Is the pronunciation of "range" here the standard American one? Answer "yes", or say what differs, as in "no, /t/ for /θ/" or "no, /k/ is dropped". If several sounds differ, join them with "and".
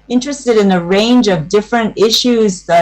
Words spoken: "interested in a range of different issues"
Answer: yes